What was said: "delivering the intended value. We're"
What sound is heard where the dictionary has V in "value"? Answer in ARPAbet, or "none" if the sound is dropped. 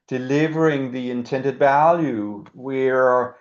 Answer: V